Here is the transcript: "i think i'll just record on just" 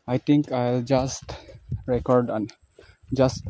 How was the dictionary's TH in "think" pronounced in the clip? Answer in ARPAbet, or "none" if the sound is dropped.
T